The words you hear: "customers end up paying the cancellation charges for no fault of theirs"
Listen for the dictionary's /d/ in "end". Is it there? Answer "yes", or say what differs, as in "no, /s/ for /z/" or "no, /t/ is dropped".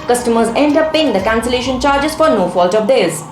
yes